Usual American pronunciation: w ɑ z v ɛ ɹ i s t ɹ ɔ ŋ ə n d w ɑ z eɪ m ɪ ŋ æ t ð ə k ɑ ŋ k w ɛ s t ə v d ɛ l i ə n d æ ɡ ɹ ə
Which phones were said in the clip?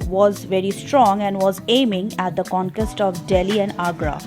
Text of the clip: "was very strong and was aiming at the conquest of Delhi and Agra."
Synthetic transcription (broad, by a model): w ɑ z v ɛ ɹ i s t ɹ ɔ ŋ ə n d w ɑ z eɪ m ɪ ŋ æ t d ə k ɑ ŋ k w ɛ s t ə v d ɛ l i ə n d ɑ ɡ ɹ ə